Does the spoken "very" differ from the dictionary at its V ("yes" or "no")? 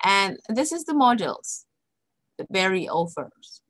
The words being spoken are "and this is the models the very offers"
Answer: yes